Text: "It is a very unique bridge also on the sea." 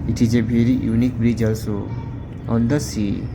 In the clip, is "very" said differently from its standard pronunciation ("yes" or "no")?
yes